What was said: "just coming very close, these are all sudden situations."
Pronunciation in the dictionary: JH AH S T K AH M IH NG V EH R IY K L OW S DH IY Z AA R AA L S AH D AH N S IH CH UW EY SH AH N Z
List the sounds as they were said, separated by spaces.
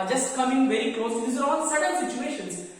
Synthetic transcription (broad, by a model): JH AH S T K AH M IH NG V EH R IY K L OW S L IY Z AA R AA N S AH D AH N S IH CH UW EY SH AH N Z